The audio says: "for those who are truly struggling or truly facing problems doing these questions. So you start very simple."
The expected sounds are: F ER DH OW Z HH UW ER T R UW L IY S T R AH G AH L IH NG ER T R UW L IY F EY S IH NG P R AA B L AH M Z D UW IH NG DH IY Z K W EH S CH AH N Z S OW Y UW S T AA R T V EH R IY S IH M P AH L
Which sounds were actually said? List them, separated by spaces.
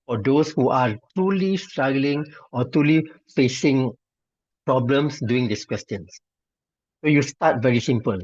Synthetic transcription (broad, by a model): F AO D OW S HH UW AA T R UW L IY S T R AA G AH L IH NG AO T R UW L IY F EY S IH NG P R AA B L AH M S D UW IH NG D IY S K W EH S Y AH N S S OW Y UW S T AA T V EH R IY S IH M P AH L